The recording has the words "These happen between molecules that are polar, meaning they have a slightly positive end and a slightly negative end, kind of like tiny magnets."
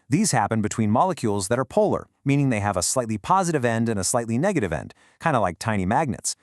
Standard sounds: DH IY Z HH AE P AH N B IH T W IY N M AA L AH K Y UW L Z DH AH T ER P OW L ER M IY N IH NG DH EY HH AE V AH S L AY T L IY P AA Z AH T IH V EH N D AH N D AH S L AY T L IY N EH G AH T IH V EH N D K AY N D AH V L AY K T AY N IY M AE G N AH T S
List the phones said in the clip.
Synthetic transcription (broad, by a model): DH IY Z HH AE P AH N B IH T W IY N M AA L AH K Y UW L Z DH AH T ER P OW L ER M IY N IH NG DH EY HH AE V AH S L AY T L IY P AA Z AH T IH V EH N D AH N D AH S L AY T L IY N EH G AH T IH V EH N D K AY N D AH L AY K T AY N IY M AE G N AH T S